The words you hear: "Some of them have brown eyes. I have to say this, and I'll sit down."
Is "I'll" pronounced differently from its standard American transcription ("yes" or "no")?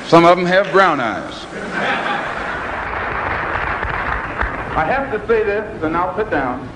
no